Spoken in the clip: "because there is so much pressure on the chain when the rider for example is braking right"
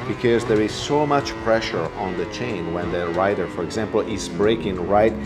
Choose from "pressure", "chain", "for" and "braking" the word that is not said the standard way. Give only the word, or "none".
none